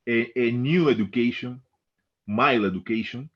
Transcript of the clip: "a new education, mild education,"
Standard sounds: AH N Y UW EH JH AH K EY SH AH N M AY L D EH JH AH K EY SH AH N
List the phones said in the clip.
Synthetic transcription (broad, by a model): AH N Y UW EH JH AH K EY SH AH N M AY L EH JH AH K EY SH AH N